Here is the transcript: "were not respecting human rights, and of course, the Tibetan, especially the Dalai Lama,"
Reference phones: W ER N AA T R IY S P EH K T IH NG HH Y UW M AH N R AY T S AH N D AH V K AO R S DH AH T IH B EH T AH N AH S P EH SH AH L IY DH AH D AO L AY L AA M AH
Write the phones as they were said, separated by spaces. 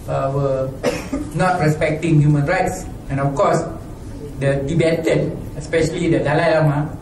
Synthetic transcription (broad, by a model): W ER N AA T R IY S P EH K T IH NG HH Y UW M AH N R AY T S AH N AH F K AO S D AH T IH B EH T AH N AH S P EH SH AH L IY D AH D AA L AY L AA M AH